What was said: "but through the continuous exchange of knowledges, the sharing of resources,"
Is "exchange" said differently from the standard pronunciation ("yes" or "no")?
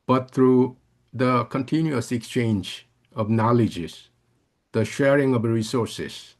no